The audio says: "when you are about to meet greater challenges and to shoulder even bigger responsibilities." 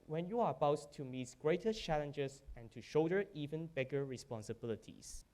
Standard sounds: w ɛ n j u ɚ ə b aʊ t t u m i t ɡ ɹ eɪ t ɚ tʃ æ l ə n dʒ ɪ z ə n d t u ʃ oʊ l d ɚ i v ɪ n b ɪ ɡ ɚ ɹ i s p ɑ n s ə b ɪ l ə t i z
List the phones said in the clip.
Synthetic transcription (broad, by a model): w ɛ n j u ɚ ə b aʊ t t u m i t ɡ ɹ eɪ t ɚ tʃ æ l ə n dʒ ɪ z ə n t u ʃ oʊ d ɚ i v ɪ n b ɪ ɡ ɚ ɹ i s p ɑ n s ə b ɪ l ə t i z